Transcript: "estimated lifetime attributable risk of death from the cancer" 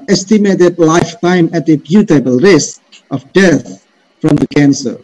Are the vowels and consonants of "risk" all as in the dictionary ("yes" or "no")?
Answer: yes